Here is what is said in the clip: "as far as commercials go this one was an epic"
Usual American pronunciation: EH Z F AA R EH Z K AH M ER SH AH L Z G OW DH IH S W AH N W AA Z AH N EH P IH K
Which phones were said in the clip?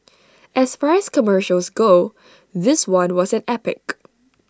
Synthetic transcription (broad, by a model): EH S F AA R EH S K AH M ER SH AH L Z G OW DH IH S W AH N W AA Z AH N EH P IH K